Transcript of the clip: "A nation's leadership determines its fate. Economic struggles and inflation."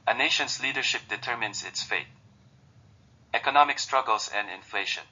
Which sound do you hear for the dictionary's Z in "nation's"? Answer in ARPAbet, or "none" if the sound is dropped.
S